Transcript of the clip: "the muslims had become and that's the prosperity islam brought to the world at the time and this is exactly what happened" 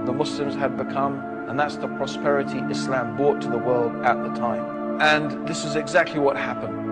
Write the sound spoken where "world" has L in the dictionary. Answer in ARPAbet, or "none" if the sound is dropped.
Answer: L